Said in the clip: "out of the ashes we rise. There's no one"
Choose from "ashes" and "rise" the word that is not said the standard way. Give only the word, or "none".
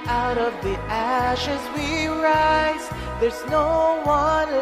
none